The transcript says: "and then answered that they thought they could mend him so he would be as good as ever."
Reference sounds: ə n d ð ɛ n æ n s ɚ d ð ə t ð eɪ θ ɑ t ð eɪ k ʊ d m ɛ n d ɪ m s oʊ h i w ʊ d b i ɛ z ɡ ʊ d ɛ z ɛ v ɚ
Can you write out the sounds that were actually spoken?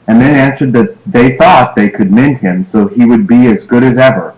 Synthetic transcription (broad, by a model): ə n ð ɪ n æ n s ɚ d ð ə t ð eɪ θ ɑ t ð eɪ k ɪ d m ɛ n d ɪ m s oʊ i w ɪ d b i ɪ z ɡ ʊ d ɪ z ɛ v ɚ